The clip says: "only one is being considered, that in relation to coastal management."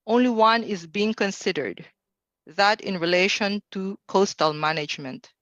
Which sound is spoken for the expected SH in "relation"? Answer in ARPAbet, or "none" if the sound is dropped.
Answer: SH